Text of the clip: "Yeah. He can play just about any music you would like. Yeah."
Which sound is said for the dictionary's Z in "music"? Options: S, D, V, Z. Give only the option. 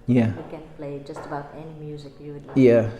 Z